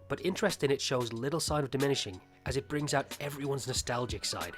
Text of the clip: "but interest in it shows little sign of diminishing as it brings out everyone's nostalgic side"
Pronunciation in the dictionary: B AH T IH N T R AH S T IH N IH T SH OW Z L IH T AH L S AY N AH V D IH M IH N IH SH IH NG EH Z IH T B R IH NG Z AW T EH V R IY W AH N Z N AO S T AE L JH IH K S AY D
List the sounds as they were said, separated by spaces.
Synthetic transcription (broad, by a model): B AH T IH N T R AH S T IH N IH T SH OW Z L IH T L S AY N AH V D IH M IH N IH SH IH NG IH Z IH T B R IH NG Z AW T EH V R IY W AH N Z N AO S T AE L JH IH K S AY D